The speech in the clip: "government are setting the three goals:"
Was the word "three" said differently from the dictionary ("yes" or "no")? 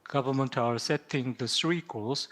yes